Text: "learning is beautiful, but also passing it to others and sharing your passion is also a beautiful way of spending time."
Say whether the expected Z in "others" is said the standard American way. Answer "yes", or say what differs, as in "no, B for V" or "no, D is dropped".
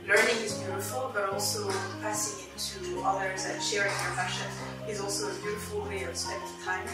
yes